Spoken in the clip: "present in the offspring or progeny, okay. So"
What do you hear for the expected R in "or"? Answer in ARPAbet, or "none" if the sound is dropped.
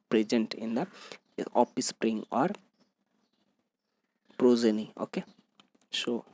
R